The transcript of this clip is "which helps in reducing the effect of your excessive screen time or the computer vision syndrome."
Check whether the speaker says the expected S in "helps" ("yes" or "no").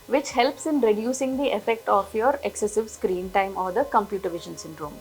yes